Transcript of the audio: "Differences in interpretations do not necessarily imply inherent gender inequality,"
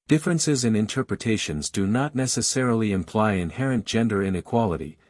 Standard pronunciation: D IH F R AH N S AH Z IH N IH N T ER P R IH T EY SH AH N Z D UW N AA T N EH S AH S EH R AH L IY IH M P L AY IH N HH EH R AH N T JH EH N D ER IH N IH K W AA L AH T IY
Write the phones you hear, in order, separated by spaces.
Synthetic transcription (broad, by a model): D IH F R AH N S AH Z IH N IH N T ER P R IH T EY SH AH N Z D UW N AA T N EH S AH S EH R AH L IY IH M P L AY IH N HH EH R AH N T JH EH N D ER IH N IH K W AA L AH T IY